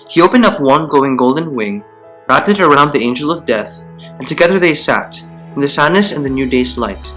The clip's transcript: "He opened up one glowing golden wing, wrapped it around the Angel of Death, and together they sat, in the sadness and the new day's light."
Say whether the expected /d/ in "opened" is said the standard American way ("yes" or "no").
yes